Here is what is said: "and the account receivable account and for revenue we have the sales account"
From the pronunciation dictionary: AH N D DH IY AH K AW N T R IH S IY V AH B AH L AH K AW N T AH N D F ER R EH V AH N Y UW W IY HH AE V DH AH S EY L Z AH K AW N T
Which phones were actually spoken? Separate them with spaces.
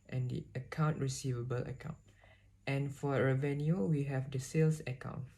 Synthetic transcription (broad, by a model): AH N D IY AH K AW N T R IH S IY V AH B AH L AH K AW N T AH N F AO R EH V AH N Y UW W IY HH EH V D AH S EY L S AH K AW N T